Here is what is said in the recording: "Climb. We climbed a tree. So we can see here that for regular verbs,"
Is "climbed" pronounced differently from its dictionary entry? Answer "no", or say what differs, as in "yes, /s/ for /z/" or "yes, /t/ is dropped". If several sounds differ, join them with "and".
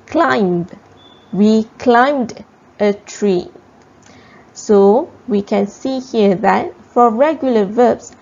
no